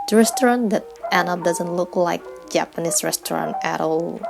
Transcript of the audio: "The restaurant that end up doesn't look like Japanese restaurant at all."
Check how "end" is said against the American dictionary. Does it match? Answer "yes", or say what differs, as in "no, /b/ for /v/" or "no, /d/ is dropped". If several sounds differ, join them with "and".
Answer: no, /d/ is dropped